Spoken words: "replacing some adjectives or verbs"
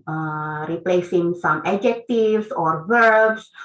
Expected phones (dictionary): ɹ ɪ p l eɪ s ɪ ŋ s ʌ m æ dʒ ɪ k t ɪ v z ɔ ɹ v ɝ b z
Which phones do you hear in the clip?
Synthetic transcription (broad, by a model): ɹ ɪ p l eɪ s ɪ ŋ s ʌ m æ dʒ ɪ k t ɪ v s ɔ ɹ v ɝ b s